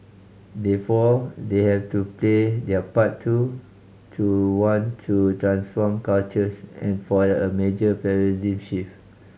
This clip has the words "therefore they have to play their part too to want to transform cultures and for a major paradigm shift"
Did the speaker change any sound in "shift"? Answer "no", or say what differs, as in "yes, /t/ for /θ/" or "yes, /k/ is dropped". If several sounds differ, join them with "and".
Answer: yes, /t/ is dropped